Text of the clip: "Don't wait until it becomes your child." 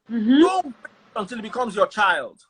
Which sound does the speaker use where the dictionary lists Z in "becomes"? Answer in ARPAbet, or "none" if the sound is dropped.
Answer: Z